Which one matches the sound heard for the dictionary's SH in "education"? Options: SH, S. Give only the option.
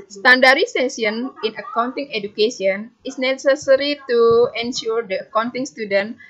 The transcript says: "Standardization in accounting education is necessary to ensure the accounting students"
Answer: S